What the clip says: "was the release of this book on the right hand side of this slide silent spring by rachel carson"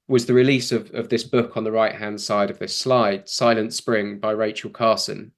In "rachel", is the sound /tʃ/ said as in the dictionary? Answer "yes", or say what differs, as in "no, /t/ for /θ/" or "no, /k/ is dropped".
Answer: yes